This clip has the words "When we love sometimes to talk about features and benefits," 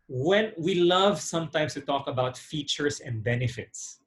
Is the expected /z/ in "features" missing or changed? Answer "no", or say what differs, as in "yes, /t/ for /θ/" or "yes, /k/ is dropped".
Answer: yes, /s/ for /z/